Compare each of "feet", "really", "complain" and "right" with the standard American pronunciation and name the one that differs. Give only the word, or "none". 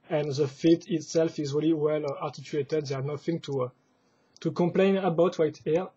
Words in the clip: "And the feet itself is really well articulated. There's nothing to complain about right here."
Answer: right